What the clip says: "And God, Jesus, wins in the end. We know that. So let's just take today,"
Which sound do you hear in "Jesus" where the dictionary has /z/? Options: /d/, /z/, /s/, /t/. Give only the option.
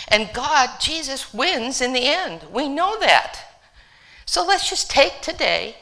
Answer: /z/